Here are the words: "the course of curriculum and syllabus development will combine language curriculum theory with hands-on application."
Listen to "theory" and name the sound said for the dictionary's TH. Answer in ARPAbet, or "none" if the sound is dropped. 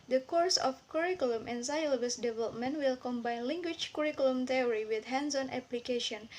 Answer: T